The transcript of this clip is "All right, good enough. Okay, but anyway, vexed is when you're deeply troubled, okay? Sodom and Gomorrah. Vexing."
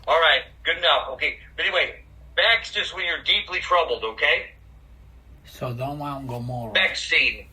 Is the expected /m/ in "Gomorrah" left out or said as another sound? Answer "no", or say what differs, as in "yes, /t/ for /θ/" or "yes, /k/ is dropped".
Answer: yes, /m/ is dropped